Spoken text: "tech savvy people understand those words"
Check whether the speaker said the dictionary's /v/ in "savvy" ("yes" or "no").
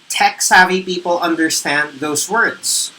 yes